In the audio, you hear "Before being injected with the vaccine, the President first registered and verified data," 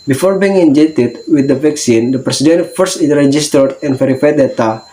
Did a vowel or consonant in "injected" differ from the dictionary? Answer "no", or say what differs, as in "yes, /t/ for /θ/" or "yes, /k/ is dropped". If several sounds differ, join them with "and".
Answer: yes, /k/ is dropped